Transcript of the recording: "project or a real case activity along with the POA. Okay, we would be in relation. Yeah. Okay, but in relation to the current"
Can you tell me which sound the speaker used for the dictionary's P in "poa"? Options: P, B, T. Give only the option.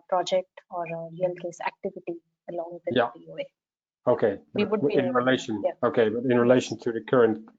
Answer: B